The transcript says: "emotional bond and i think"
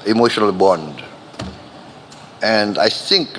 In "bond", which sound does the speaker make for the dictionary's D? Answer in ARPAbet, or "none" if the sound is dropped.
D